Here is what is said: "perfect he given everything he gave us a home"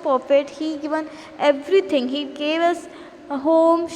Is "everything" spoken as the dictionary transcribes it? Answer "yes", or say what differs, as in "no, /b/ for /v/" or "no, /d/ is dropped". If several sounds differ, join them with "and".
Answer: no, /t/ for /θ/